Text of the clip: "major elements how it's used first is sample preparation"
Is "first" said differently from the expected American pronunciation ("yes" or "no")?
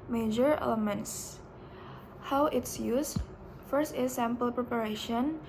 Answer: no